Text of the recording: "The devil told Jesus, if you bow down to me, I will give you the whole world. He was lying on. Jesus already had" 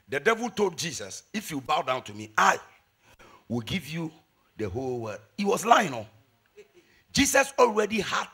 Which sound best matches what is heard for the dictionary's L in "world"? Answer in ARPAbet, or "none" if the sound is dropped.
none